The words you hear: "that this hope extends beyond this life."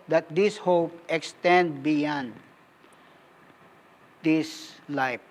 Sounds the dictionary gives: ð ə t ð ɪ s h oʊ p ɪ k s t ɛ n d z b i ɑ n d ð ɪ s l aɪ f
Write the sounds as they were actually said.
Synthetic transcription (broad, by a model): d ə t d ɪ s h oʊ p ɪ k s t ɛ n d b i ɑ n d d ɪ s l aɪ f